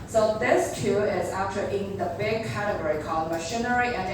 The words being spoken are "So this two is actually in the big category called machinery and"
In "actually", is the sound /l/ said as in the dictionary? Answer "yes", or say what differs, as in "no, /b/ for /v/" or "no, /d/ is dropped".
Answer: no, /l/ is dropped